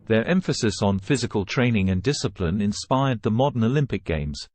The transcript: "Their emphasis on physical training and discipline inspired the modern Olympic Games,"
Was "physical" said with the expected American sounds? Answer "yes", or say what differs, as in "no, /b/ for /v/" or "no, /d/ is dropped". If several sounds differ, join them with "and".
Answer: yes